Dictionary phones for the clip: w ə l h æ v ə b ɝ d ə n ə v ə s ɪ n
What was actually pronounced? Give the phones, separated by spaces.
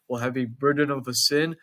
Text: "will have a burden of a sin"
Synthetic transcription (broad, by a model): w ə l h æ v ə b ɝ d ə n ə v ə s ɪ n